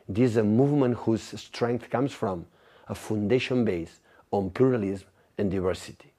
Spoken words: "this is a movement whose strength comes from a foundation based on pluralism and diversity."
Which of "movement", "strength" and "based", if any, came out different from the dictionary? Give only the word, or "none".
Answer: based